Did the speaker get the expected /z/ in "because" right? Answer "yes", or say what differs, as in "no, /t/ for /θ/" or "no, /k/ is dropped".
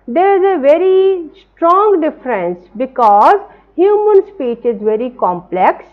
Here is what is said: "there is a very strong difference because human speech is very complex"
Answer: yes